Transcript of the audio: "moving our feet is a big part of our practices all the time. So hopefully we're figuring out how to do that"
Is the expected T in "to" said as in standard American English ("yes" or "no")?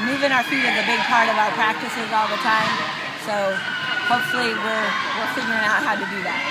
yes